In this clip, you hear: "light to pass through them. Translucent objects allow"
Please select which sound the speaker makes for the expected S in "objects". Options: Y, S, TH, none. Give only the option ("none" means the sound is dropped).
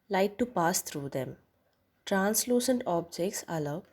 S